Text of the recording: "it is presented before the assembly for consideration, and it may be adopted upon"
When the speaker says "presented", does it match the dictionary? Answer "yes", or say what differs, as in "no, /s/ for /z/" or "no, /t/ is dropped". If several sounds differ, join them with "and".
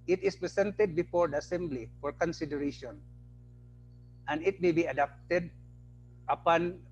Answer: no, /s/ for /z/